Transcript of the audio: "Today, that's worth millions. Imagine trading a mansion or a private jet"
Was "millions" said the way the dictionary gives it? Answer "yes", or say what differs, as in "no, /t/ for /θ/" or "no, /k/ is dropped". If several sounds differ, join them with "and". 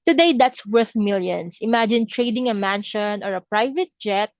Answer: no, /s/ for /z/